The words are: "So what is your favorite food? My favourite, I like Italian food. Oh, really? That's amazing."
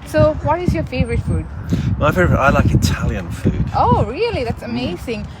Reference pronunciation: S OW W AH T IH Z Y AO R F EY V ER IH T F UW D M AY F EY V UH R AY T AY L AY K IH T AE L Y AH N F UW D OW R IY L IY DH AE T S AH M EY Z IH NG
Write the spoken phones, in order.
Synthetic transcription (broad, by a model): S OW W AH T IH Z Y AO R F EY V ER IH T F UW D M AY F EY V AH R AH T AY L AY K IH T AE L Y AH N F UW D OW R IY L IY DH AE T S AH M EY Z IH NG